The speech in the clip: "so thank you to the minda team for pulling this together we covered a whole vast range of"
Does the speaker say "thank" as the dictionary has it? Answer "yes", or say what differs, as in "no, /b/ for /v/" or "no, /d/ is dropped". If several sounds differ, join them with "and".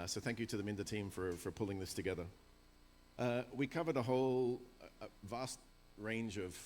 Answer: yes